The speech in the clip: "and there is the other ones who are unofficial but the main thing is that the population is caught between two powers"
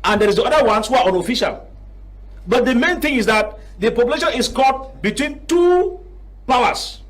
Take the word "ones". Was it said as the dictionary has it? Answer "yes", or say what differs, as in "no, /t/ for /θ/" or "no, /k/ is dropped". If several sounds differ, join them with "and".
no, /s/ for /z/